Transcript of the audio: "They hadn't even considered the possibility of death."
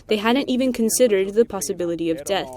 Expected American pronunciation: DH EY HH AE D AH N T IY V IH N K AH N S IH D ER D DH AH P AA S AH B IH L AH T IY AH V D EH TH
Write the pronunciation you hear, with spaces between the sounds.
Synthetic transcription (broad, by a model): DH EY HH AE D N T IY V IH N K AH N S IH D ER D DH AH P AA S AH B IH L AH T IY AH V D EH TH